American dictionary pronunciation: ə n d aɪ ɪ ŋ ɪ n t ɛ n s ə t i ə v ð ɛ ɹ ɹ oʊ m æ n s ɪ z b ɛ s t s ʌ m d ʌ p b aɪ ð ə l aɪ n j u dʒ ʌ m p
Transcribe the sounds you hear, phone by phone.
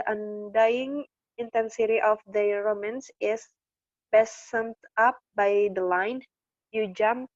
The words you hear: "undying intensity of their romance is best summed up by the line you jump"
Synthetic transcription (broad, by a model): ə n d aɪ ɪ ŋ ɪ n t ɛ n s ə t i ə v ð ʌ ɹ ɹ oʊ m æ n s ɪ s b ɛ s s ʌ m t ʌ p b aɪ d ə l aɪ n j u dʒ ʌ m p